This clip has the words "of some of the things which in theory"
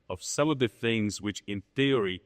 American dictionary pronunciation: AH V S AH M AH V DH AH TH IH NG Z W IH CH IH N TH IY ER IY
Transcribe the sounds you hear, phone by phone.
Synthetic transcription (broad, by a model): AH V S AH M AH V DH AH TH IH NG Z W IH CH IH N TH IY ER IY